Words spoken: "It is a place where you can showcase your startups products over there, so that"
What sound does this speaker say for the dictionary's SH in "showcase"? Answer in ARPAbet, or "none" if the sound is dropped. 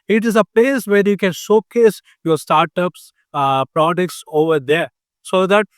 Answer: S